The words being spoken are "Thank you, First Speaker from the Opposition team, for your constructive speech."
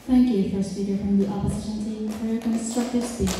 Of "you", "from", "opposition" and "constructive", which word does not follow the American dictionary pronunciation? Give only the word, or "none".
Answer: none